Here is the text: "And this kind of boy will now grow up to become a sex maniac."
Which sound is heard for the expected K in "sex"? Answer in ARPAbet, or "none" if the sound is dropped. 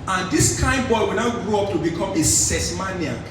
none